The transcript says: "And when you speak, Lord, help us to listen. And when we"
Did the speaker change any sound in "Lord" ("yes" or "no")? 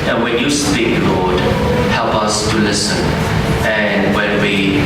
no